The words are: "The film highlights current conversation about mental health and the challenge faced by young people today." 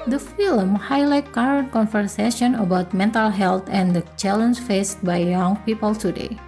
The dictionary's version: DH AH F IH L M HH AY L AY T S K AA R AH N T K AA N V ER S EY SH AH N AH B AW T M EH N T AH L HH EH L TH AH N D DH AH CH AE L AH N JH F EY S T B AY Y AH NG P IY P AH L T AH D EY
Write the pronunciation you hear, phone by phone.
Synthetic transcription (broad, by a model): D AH F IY L M HH AY L AY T K AA R AH N T K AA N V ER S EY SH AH N AH B AW T M EH N T AH L HH EH L T AH N D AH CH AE L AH N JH F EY S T B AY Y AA NG P IY P AH L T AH D EY